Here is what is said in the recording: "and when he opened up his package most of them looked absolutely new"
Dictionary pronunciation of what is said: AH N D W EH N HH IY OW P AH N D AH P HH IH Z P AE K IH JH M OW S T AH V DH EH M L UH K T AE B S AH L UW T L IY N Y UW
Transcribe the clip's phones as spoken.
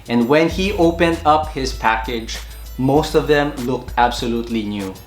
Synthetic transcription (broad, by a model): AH N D W EH N HH IY OW P AH N D AH P HH IH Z P AE K IH JH M OW S T AH V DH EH M L UH K T AE B S AH L UW T L IY N Y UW